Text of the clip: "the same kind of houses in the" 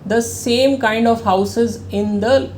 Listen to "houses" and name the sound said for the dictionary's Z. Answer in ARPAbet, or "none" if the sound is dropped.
Z